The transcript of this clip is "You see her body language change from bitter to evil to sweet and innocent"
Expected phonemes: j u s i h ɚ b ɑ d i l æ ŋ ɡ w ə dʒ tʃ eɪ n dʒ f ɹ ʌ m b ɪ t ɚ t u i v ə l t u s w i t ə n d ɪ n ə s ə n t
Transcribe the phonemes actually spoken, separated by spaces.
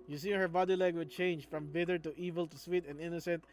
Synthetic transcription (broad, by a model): j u s i h ɚ b ɑ d i l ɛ ɡ w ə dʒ tʃ eɪ n dʒ f ɹ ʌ m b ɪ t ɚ t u i v ə l t u s w i t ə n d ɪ n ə s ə n t